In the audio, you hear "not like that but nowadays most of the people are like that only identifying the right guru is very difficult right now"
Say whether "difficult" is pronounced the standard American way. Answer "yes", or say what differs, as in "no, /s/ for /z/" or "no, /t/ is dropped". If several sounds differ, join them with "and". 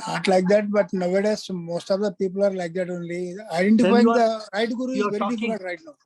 no, /l/ is dropped